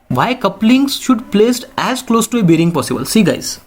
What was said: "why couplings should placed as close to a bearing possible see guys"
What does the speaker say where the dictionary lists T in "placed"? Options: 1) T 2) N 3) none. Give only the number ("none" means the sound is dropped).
1